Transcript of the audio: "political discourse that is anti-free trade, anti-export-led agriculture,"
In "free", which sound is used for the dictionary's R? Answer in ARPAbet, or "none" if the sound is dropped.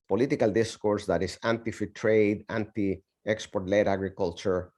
none